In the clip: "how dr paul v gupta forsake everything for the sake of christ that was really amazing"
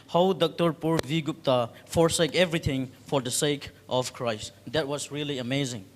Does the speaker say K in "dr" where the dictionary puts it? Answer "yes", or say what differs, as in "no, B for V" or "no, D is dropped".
yes